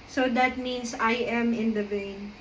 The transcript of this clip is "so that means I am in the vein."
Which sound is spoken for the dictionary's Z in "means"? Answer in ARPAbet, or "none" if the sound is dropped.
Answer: S